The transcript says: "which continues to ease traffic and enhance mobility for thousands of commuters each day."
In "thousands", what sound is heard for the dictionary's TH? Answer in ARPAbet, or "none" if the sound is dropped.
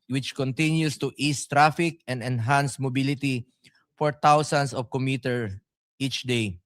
T